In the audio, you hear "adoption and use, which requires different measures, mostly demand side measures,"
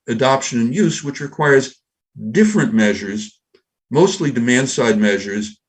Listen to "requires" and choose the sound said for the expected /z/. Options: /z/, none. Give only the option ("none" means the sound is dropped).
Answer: /z/